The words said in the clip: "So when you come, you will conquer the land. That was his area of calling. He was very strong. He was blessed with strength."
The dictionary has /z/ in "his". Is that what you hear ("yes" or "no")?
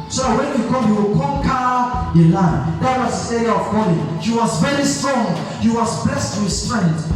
no